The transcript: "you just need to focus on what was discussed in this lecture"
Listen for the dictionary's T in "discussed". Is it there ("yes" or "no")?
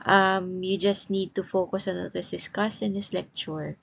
no